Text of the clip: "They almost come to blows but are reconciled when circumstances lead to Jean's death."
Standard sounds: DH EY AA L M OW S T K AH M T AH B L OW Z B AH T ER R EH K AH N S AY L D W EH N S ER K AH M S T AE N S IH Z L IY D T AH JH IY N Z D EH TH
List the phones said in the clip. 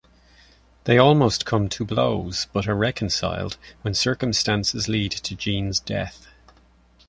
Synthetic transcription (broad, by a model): DH EY AA L M OW S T K AH M T AH B L OW Z B AH T ER R EH K AH N S AY L D W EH N S ER K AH M S T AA N S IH Z L IY D T AH JH IY N Z D EH TH